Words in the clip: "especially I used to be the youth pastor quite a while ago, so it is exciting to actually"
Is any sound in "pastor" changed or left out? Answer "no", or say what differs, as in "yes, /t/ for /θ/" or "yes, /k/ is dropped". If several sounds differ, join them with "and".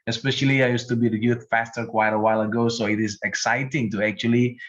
yes, /f/ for /p/